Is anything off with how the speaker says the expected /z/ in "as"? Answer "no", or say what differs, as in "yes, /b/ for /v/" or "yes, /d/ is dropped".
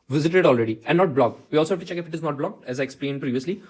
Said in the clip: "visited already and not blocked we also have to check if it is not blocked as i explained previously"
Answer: no